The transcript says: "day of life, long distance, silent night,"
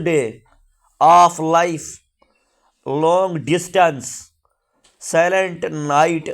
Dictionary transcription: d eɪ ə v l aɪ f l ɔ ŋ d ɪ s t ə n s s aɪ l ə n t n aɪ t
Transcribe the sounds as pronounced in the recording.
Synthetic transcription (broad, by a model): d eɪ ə p l aɪ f l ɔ ŋ d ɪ s t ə n s s aɪ l ə n t n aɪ t